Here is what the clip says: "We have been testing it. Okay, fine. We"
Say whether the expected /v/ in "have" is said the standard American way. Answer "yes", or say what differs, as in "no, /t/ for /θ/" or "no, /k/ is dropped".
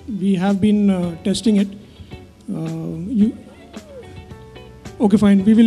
yes